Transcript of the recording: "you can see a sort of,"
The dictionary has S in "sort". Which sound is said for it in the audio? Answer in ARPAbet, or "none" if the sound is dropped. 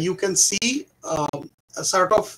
S